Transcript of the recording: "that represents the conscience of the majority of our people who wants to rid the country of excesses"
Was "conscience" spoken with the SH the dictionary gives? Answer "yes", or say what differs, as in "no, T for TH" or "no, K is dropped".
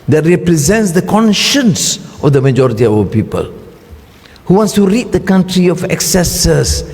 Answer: yes